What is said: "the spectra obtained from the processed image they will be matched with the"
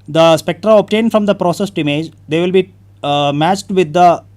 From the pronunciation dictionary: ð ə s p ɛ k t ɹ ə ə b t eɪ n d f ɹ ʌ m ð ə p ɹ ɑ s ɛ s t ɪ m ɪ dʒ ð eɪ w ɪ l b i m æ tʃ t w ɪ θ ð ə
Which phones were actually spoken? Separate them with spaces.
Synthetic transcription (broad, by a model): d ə s p ɛ k t ɹ ə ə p t eɪ n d f ɹ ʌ m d ə p ɹ ɑ s ɛ s t ɪ m ɪ dʒ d eɪ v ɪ l b i m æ tʃ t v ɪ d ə